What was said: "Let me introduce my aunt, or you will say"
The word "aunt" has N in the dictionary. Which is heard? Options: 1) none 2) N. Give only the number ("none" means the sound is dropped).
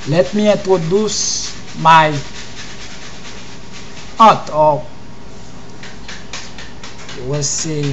1